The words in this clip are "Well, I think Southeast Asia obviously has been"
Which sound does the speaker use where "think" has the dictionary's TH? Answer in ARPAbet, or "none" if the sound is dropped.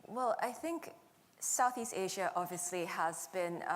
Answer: TH